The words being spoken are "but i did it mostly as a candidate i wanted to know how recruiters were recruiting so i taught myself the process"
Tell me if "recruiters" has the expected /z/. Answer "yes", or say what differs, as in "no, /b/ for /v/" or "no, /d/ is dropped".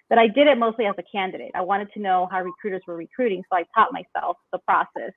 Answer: yes